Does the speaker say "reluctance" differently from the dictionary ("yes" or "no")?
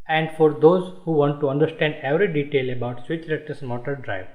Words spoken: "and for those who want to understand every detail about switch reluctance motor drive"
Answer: yes